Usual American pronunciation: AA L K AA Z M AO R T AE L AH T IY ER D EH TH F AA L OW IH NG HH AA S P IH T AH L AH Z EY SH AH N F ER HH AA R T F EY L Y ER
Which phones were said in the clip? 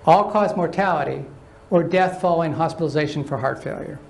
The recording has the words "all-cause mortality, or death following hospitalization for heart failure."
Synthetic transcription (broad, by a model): AA L K AA Z M AO R T AE L AH T IY ER D EH TH F AA L OW IH NG HH AA S P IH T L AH Z EY SH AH N F ER HH AA R T F EY L Y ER